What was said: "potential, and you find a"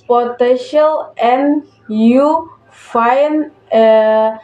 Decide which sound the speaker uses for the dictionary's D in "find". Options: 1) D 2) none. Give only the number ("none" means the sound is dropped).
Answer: 2